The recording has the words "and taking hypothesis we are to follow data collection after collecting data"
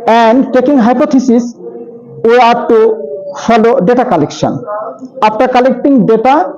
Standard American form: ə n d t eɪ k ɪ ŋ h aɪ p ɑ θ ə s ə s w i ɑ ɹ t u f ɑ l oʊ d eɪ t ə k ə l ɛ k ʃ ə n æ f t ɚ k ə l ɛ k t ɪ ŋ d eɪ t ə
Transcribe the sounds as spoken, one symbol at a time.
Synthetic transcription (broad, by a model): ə n d t eɪ k ɪ ŋ h aɪ p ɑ t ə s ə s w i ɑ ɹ t u f ɑ l oʊ d eɪ t ə k ə l ɛ k ʃ ə n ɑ p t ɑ k ə l ɛ k t ɪ ŋ d eɪ t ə